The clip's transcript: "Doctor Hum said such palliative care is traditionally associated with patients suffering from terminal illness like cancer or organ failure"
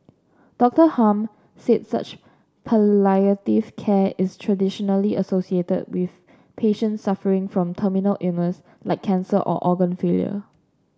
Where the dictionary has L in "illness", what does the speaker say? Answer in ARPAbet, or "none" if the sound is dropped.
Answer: none